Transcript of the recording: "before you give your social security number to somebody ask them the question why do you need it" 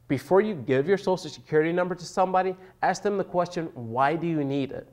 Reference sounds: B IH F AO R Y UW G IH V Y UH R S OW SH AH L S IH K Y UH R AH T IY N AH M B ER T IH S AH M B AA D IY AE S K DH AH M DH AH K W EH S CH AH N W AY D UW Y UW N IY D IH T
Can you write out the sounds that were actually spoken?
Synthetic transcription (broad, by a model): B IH F AO R Y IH G IH V Y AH R S OW S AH S IH K Y UH R AH T IY N AH M B ER T IH S AH M B AA D IY AE S K DH AH M DH AH K W EH S CH AH N W AY D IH Y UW N IY D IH T